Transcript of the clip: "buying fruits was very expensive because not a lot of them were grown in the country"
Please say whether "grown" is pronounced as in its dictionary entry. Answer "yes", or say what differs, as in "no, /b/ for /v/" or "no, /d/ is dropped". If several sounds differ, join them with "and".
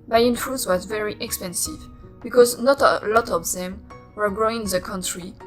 no, /n/ is dropped